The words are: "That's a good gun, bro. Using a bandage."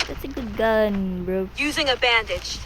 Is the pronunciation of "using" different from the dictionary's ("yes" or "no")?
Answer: no